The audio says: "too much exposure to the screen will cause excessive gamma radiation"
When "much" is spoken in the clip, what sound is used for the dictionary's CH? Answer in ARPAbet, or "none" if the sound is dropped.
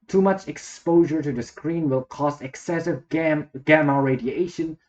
CH